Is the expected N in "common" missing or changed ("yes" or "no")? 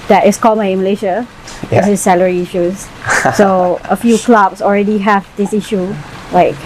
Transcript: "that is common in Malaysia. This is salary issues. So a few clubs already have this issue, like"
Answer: yes